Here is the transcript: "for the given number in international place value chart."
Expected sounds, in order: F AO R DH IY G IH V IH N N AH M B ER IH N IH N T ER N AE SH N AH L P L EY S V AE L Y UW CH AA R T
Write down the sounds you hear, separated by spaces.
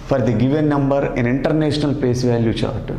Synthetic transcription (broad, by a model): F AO R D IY G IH V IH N N AH M B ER IH N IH N T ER N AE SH N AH L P EY S V AE L Y UW CH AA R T